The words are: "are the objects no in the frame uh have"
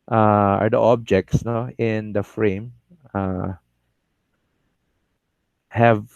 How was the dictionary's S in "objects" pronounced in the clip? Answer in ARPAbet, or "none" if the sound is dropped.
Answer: S